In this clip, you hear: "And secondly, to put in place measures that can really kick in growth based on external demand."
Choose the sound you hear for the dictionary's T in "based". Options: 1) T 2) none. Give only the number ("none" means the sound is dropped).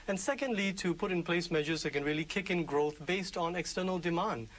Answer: 1